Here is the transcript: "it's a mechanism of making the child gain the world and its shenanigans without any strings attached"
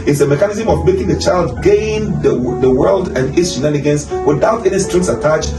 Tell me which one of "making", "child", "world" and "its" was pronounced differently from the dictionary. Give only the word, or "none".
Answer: none